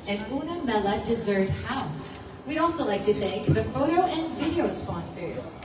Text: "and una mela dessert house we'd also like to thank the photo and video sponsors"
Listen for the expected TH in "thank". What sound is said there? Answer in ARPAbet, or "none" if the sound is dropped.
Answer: TH